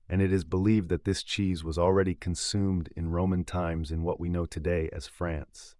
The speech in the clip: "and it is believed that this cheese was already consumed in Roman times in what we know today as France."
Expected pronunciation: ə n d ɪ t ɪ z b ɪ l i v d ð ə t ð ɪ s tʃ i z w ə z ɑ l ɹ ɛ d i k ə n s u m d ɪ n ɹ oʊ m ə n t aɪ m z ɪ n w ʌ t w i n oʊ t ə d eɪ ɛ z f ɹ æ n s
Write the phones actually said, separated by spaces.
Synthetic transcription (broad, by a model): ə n ɪ t ɪ z b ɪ l i v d ð ə t ð ɪ s tʃ i z w ə z l ɹ ɛ d i k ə n s u m d ɪ n ɹ oʊ m ə n t aɪ m z ɪ n w ʌ t w i n oʊ t ə d eɪ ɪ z f ɹ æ n s